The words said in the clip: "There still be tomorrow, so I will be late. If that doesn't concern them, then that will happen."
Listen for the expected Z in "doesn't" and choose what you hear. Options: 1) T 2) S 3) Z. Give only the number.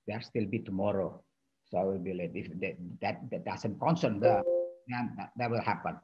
2